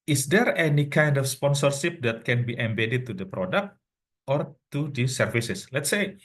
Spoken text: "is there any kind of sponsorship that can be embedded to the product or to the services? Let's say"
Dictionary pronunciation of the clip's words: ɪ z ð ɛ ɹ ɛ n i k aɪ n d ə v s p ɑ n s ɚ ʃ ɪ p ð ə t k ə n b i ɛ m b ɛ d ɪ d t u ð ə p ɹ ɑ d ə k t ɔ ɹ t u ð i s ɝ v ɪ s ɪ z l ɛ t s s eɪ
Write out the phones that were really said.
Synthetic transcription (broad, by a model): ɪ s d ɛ ɹ ɛ n i k aɪ n d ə f s p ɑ n s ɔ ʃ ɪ p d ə t k ə n b i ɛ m b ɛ d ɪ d t u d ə p ɹ ɑ d ə k t ɔ ɹ t u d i s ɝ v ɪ s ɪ s l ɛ t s s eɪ